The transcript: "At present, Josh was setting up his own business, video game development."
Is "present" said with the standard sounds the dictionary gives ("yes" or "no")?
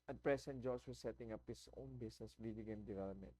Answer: no